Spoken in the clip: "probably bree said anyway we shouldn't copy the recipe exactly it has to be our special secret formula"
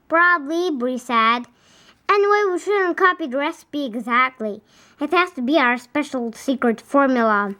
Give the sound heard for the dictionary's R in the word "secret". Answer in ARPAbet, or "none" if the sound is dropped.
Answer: R